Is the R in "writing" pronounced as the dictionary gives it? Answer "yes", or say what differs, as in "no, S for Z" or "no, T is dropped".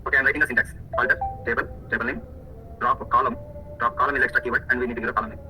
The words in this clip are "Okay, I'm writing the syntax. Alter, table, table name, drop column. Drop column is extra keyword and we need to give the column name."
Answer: no, L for R